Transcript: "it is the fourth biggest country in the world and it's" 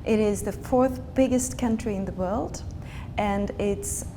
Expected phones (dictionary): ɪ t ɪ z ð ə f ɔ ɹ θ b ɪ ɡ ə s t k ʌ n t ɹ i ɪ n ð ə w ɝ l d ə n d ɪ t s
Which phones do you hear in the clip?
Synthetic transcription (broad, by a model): ɪ t ɪ z ð ə f ɔ ɹ θ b ɪ ɡ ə s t k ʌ n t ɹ i ɪ n ð ə w ɝ l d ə n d ɪ t s